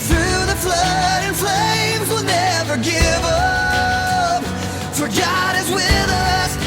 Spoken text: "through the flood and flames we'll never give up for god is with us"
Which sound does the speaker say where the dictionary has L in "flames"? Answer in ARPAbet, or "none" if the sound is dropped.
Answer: L